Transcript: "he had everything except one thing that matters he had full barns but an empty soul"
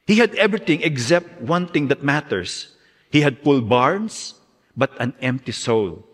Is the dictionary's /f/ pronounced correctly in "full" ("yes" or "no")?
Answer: no